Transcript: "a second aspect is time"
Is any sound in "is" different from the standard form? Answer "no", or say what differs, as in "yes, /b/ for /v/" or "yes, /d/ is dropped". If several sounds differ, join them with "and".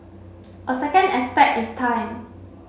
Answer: yes, /s/ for /z/